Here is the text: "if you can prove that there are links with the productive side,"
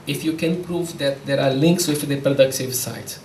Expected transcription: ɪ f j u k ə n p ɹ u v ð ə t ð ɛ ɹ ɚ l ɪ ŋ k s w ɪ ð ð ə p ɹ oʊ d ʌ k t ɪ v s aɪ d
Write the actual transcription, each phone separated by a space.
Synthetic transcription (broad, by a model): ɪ f j u k ə n p ɹ u v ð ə t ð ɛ ɹ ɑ l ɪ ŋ k s w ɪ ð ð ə p ɹ oʊ d ʌ k t ɪ v s aɪ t